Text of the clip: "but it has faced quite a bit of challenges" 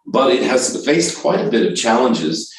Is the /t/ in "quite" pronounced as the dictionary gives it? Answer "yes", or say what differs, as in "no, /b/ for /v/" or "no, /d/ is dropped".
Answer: yes